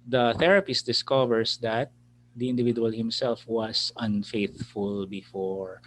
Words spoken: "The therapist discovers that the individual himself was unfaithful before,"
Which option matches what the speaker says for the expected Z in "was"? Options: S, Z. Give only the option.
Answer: S